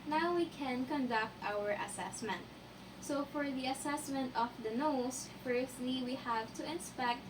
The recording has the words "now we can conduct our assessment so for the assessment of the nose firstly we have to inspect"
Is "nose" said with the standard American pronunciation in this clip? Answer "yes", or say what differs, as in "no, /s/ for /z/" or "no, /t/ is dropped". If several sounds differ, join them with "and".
no, /s/ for /z/